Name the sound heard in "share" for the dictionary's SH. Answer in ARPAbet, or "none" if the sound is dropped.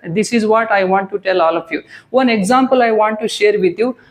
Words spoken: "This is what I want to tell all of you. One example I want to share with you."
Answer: SH